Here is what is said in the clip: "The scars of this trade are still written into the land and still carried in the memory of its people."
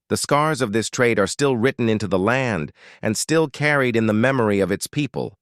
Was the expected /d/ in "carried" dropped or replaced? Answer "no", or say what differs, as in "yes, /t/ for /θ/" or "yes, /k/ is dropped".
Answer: no